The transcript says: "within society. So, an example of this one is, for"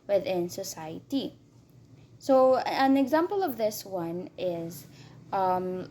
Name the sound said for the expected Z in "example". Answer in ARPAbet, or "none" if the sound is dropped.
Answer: Z